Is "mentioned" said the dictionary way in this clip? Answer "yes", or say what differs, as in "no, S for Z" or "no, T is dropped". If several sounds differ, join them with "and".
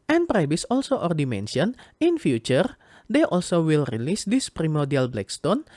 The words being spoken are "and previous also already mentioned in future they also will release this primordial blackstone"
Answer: no, D is dropped